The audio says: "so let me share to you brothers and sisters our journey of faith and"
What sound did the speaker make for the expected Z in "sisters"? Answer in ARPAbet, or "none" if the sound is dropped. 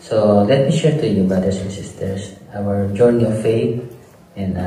S